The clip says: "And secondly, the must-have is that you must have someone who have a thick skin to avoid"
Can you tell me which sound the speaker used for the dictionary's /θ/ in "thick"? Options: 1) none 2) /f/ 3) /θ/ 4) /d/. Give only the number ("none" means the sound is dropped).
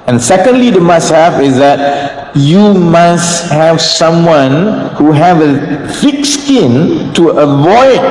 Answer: 2